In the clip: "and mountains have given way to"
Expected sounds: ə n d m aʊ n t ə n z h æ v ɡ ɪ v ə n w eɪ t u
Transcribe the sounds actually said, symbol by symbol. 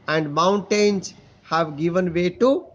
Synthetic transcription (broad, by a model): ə n d m aʊ n t ə n z h æ v ɡ ɪ v ə n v eɪ t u